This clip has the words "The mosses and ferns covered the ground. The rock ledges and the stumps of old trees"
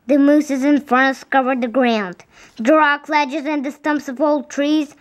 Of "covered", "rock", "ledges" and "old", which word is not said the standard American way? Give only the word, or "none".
none